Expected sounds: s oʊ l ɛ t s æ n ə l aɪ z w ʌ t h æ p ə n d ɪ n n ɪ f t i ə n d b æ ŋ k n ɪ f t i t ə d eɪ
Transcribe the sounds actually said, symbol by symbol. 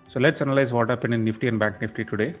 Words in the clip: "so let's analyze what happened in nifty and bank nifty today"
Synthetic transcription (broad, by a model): s oʊ l ɛ t s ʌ n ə l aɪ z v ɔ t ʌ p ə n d ɪ n n ɪ f t i ə n d b æ ŋ k n ɪ f t i t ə d eɪ